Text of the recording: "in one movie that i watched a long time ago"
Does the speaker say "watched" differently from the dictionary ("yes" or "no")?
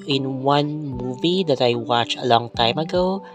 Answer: yes